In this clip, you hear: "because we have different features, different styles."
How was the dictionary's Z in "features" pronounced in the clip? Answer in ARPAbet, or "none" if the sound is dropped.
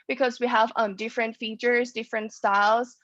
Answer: Z